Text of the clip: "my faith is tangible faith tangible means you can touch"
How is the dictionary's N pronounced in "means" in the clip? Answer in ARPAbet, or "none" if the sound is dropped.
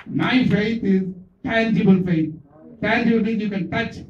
none